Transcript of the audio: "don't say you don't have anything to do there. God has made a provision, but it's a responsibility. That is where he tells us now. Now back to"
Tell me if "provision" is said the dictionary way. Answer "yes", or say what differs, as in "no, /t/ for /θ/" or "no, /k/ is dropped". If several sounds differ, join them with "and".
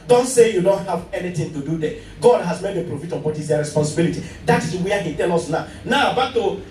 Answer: no, /f/ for /v/